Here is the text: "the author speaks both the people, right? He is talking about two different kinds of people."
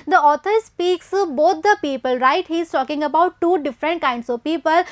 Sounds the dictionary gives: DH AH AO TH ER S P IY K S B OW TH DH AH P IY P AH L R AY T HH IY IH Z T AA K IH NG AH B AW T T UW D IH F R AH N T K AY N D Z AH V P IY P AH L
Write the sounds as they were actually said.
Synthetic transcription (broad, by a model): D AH AO T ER S P IY K S B OW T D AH P IY P AH L R AY T HH IY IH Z T AA K IH NG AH B AW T T UW D IH F R AH N T K AY N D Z AH V P IY P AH L